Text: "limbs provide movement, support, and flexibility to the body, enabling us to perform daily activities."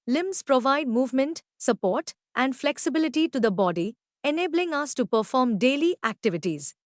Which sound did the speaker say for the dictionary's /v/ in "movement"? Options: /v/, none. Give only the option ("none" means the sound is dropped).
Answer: /v/